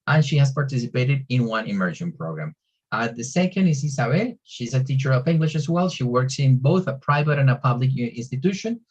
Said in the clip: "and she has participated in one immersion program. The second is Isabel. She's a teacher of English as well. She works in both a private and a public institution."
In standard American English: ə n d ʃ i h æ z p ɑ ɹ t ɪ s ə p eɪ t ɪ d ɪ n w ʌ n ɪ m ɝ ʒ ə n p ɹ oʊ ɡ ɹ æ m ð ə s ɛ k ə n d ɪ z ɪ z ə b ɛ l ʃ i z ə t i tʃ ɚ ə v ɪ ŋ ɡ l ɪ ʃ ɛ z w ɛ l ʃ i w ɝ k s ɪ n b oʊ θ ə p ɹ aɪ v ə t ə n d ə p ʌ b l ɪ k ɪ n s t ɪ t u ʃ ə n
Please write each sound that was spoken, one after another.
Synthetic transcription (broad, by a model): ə n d ʃ i h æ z p ɑ ɹ t ɪ s ə p eɪ t ɪ d ɪ n w ʌ n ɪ m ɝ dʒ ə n p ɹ oʊ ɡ ɹ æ m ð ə s ɛ k ə n d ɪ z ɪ s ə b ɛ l ʃ i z ə t i tʃ ɚ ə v ɪ ŋ ɡ l ɪ ʃ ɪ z w ɛ l ʃ i w ɝ k s ɪ n b oʊ θ ə p ɹ aɪ v ə t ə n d ə p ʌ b l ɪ k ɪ n s t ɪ t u ʃ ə n